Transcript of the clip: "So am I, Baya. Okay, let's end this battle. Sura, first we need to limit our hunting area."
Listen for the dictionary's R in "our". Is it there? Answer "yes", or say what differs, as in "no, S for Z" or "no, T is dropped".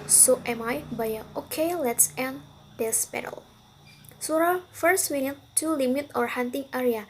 yes